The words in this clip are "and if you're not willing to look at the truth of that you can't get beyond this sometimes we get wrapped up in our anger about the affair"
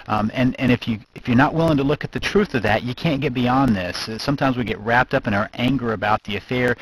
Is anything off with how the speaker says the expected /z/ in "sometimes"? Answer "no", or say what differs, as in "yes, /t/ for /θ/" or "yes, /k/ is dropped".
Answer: no